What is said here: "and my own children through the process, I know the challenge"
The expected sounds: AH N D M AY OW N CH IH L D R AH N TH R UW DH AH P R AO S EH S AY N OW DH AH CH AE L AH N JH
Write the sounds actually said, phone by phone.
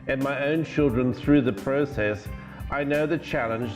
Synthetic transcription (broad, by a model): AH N M AY OW N CH IH L D R AH N TH R UW DH AH P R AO S EH S AY N OW DH AH CH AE L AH N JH